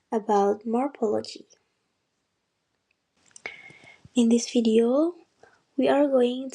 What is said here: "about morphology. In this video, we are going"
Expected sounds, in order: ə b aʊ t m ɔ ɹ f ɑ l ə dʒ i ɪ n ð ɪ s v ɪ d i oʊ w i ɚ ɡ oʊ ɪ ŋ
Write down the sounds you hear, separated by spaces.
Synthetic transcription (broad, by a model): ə b aʊ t m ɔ ɹ p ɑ l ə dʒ i ɪ n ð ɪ s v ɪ d i oʊ w i ɚ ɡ oʊ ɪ ŋ